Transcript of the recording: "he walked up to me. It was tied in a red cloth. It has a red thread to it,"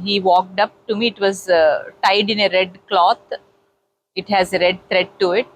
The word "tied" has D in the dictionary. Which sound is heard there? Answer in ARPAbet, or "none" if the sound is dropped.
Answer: D